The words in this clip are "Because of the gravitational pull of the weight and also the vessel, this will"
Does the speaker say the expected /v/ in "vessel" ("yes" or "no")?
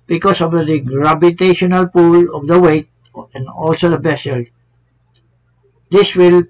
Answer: no